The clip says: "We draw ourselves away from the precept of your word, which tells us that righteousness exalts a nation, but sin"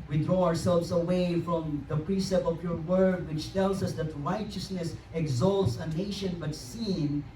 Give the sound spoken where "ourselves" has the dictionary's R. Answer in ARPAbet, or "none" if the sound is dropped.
R